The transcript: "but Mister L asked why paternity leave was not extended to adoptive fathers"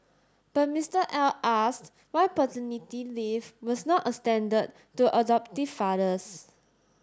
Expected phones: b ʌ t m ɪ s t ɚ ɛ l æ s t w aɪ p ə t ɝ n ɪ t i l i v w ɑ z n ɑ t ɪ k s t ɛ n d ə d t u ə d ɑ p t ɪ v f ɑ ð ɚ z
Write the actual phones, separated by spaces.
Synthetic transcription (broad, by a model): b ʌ t m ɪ s t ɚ ɛ l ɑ s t w aɪ p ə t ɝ n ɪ t i l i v w ɑ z n ɑ t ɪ s t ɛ n d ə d t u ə d ɑ p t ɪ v f ɑ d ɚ s